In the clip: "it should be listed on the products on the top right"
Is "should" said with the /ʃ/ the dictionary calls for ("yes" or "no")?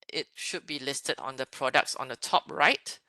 yes